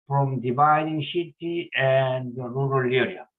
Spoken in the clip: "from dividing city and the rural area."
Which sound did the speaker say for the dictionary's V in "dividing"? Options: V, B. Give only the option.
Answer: B